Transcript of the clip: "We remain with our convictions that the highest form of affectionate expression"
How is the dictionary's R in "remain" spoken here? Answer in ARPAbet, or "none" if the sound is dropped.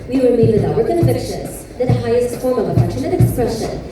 W